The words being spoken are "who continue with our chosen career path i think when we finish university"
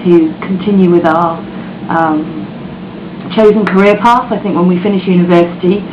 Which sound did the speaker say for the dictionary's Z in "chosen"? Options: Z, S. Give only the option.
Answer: Z